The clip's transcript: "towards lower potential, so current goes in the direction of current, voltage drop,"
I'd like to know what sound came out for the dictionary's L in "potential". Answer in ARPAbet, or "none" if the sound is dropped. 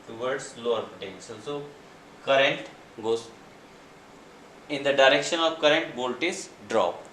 N